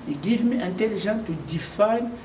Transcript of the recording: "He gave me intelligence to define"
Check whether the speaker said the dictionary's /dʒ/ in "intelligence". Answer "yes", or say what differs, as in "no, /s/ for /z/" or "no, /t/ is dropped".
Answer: no, /ʒ/ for /dʒ/